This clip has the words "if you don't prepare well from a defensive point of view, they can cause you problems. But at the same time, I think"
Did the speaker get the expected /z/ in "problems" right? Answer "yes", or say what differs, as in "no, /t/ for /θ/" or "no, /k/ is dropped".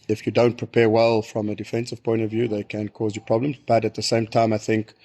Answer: yes